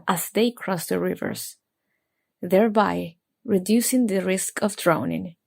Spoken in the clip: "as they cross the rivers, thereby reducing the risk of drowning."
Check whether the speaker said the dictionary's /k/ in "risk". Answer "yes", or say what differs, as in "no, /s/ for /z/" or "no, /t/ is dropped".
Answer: yes